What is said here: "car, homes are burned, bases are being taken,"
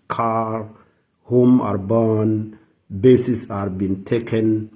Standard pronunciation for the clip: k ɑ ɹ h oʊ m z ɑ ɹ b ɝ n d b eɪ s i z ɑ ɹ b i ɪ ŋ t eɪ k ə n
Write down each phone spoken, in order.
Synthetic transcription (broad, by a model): k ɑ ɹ h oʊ m ɑ ɹ b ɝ n b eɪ s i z ɑ ɹ b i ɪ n t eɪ k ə n